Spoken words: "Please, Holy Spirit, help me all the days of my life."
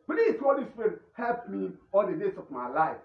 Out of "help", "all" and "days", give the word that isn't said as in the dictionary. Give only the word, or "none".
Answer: days